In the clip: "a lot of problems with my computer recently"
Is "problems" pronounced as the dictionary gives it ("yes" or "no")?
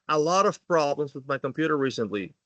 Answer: yes